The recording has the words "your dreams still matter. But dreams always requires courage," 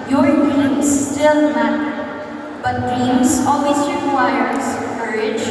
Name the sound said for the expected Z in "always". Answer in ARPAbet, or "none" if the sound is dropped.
S